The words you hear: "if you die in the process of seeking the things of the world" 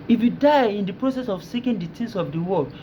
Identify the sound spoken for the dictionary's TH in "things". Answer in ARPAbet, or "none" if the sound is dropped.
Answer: T